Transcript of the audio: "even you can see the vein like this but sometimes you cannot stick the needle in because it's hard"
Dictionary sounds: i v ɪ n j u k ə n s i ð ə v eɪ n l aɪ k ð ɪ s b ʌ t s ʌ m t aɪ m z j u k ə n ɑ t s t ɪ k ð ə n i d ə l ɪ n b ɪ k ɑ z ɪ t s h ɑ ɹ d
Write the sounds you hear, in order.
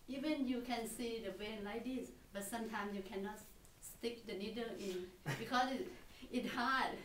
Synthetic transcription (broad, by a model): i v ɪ n j u k ə n s i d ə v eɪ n l aɪ k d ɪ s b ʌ t s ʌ m t aɪ m s j u k ə n ɑ t s t ɪ k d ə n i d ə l ɪ n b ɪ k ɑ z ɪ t h ɑ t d